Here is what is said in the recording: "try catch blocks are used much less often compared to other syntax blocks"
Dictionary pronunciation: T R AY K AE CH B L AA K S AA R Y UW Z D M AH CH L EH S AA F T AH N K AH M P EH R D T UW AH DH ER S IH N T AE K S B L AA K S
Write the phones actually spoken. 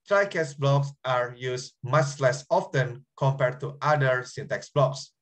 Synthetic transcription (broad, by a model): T R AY K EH S B L AA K S AA R Y UW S M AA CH L EH S AA F T AH N K AH M P EH R D T UW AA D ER S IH N T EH K S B L AA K S